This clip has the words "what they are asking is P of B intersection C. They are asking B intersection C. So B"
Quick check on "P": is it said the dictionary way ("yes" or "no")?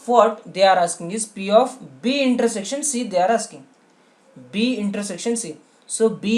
yes